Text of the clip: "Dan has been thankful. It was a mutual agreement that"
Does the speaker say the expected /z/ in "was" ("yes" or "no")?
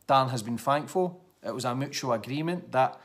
yes